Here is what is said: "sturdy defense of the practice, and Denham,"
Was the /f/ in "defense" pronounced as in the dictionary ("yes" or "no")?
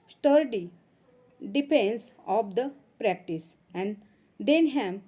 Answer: no